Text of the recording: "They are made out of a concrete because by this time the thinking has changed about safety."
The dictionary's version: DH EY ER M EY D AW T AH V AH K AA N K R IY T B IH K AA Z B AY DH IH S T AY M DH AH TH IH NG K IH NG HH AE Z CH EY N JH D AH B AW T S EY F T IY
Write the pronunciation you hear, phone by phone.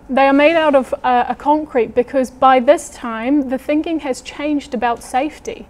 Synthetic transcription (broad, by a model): DH EY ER M EY D AW T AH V AH K AA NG K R IY T B IH K AA Z B AY DH IH S T AY M DH AH TH IH NG K IH NG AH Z CH EY N JH D AH B AW T S EY F T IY